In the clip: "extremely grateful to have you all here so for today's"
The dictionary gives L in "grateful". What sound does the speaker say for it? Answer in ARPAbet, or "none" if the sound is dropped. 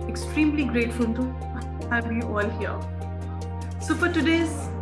N